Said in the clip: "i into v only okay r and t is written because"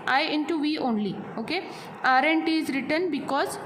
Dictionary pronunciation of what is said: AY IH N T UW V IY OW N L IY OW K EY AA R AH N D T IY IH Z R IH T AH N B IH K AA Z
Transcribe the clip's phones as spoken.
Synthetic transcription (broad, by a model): AY IH N T UW V IY OW N L IY OW K EY AA R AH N T IY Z R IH T AH N B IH K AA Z